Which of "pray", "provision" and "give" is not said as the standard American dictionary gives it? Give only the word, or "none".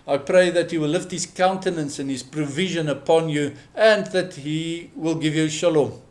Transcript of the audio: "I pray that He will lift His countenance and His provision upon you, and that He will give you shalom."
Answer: none